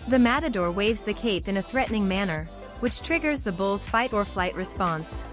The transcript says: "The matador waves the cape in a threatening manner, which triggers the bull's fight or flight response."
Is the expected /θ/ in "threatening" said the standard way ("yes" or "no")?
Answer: yes